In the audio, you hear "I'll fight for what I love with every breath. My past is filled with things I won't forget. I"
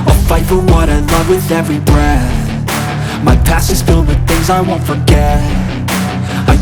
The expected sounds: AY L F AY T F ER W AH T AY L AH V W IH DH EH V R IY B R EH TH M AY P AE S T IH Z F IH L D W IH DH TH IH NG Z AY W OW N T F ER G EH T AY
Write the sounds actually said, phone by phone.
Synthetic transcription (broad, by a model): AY F AY T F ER W AH T AY L AH V W IH DH EH V R IY B R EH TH M AY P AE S IH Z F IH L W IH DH TH IH NG Z AY W OW N T F ER G EH T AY